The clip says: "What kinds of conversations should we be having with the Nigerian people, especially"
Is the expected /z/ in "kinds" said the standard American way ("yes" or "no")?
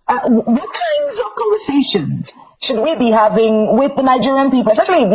yes